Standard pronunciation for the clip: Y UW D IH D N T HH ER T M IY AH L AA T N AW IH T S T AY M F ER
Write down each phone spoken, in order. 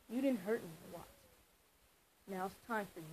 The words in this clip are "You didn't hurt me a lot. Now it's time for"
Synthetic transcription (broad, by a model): Y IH D IH D N T HH ER T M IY AH W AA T N AW IH T S T AY M F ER